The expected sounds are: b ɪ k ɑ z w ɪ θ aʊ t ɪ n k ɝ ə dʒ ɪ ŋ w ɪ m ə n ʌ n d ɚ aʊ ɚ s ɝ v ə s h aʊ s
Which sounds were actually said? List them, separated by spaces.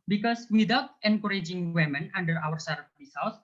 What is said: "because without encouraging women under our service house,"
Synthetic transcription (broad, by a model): b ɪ k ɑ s w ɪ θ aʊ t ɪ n k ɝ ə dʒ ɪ ŋ w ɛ m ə n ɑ n d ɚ aʊ ɚ s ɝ b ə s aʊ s